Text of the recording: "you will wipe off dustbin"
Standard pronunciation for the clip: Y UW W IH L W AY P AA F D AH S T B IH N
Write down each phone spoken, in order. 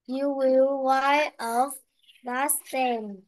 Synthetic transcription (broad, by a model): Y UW W IH L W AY AA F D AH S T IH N